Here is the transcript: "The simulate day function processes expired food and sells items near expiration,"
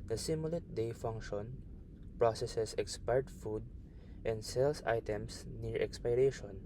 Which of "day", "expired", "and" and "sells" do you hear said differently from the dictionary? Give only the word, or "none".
sells